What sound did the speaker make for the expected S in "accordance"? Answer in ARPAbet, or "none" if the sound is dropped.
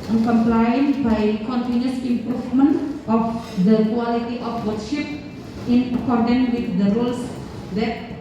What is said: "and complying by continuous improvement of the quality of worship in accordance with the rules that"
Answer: none